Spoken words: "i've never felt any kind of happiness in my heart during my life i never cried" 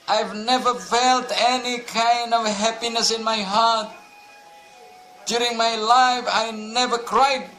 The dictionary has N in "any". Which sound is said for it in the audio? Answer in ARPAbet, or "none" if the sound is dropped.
N